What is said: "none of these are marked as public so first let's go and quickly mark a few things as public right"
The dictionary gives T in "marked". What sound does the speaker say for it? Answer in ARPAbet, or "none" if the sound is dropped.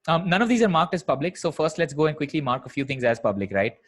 T